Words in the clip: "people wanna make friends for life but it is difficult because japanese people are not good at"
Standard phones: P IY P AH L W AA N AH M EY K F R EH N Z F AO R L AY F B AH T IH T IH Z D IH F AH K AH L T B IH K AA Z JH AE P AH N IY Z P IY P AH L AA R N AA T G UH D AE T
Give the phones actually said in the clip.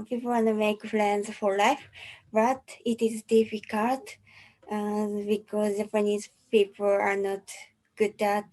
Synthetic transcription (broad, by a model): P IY P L W AA N AH M EY K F L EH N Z F AO R L AY F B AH T IH T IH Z D IH F AH K AH L T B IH K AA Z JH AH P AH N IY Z P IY P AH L AA R N AA T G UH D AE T